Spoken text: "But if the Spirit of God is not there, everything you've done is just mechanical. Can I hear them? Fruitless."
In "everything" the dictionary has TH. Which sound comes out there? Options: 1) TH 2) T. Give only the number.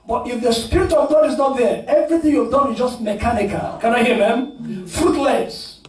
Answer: 1